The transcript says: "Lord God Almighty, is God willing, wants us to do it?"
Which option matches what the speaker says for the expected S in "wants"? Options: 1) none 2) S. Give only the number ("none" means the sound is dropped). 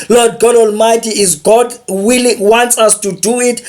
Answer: 2